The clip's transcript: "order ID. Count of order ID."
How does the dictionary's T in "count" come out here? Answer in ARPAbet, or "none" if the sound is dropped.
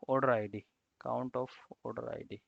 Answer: T